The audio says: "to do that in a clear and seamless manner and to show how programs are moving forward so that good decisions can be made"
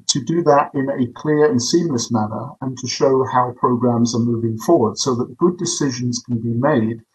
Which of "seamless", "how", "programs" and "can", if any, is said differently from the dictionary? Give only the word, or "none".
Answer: none